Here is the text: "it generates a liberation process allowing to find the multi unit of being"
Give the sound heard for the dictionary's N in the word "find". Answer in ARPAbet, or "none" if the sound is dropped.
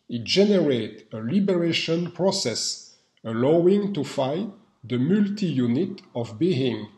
none